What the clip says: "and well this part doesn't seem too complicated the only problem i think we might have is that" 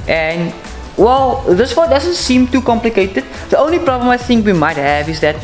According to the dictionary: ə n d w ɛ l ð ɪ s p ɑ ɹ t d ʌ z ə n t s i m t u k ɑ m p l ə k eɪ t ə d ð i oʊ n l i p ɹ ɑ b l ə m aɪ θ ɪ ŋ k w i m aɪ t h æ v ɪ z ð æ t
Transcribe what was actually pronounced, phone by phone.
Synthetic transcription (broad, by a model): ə n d w ɛ l ð ɪ s f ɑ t d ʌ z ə n t s i m t u k ɑ m p l ə k eɪ t ə d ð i oʊ n l i p ɹ ɑ b l ə m aɪ θ ɪ ŋ k w i m aɪ t h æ v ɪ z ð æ t